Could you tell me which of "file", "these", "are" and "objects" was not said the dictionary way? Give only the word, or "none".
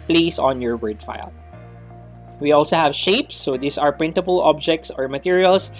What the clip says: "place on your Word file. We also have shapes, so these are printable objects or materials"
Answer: these